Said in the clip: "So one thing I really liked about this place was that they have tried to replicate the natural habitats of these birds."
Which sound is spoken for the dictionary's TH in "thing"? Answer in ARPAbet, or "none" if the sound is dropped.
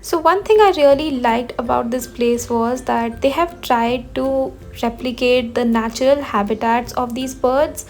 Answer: T